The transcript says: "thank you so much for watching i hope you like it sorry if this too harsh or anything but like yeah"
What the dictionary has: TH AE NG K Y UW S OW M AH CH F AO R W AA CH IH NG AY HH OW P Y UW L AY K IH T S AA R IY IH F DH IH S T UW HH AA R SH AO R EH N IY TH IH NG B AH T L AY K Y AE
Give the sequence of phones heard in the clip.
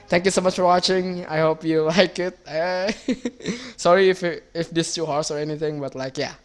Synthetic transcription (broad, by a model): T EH NG K Y UW S OW M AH CH F AO R W AA CH IH NG AY HH OW P Y UW L AY K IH T S AA R IY IH F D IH S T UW HH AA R S AO R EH N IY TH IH NG B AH T L AY K Y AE